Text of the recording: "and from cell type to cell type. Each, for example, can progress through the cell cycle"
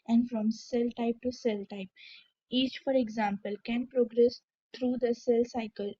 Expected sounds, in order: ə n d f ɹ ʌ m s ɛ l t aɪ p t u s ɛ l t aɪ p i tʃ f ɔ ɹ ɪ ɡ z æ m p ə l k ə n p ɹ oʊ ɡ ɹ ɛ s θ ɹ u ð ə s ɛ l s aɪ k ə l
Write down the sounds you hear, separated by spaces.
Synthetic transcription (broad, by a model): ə n d f ɹ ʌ m s ɛ l t aɪ p t u s ɛ l t aɪ p i tʃ f ɔ ɹ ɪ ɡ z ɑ m p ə l k ə n p ɹ oʊ ɡ ɹ ɛ s t ɹ u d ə s ɛ l s aɪ k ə l